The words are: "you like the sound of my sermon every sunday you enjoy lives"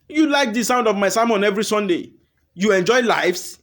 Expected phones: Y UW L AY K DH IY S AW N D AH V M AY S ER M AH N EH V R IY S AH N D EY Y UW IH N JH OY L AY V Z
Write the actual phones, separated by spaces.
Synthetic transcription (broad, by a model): Y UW L AY K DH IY S AW N D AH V M AY S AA M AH N EH V R IY S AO N D EY Y UW IH N JH OY L AY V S